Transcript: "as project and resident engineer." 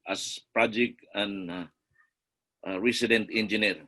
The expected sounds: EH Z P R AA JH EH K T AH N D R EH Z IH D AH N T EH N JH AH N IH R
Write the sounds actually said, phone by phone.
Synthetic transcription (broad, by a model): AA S P R AA JH EH K T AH N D R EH S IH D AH N T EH N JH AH N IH R